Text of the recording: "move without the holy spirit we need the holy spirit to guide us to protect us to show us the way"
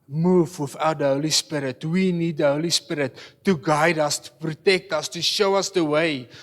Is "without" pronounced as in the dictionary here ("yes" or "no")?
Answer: no